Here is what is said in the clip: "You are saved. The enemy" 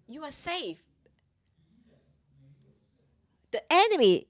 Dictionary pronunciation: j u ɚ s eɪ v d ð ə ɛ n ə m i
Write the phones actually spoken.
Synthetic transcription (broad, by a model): j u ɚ s eɪ f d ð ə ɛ n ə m i